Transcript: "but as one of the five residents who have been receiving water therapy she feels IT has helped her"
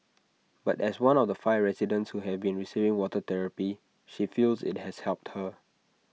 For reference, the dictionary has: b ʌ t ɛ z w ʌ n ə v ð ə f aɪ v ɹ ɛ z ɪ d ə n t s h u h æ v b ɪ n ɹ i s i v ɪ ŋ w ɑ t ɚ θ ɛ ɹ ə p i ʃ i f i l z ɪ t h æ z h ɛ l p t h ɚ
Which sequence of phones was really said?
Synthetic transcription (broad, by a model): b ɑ t ɛ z w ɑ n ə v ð ə f aɪ v ɹ ɛ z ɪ d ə n t s h u h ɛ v b ɪ n ɹ i s i v ɪ ŋ w ɑ t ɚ t ɛ ɹ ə p i ʃ i f i l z ɪ t h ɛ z h ɛ l p t h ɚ